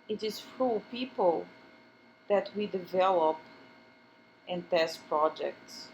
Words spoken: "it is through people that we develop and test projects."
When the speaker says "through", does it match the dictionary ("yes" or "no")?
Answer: no